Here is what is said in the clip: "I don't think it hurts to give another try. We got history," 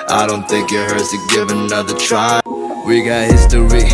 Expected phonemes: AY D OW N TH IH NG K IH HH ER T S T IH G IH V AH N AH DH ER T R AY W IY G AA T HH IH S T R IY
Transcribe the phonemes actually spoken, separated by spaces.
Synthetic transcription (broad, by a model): AY D OW N TH IH NG K IH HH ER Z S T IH G IH V AH N AH DH ER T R AY W IY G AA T HH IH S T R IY